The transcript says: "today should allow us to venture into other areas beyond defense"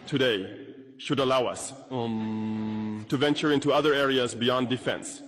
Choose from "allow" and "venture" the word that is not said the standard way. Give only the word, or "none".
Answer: none